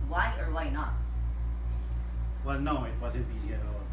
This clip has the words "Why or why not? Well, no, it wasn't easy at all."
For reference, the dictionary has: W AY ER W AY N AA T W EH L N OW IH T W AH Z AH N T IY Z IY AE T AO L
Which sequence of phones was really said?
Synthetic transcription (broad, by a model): W AY ER W AY N AA T W EH L N OW IH T W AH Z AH T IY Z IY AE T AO